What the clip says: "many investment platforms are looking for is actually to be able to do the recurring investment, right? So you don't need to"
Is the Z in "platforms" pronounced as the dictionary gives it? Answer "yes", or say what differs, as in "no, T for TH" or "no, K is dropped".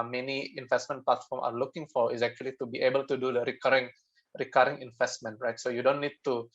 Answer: no, Z is dropped